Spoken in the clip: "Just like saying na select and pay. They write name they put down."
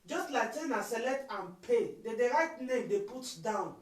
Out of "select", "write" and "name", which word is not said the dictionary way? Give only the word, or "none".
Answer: select